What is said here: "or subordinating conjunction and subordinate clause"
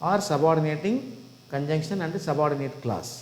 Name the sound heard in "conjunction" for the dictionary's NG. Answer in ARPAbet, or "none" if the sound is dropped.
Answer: NG